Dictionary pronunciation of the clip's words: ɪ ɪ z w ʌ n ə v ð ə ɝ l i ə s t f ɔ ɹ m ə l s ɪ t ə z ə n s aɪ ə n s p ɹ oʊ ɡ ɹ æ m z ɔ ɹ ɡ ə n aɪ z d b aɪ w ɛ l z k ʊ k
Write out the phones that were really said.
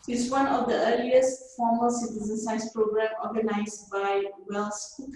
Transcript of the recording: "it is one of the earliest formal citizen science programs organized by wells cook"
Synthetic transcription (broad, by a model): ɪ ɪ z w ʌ n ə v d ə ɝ l i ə s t f ɔ m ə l s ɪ t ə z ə n s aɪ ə s p ɹ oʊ ɡ ɹ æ m ɔ ɡ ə n aɪ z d b aɪ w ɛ l s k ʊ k